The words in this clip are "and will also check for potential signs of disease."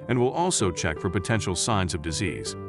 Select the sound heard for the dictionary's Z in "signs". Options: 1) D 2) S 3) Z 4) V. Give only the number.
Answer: 3